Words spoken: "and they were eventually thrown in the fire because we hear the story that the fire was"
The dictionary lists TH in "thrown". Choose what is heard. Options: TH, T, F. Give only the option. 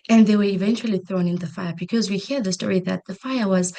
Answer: TH